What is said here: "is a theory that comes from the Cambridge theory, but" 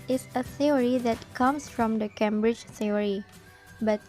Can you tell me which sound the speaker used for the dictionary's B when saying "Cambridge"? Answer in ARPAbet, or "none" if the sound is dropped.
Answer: B